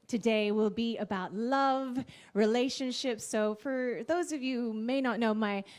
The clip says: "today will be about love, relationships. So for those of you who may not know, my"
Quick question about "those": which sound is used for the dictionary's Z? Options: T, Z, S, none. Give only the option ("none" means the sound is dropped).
Z